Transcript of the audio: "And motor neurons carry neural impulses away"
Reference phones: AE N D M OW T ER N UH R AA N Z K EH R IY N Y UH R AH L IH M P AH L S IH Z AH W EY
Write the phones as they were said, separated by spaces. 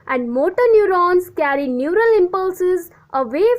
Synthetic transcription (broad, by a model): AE N D M OW T ER N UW R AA N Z K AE R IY N Y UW R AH L IH M P AH L S IH Z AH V EY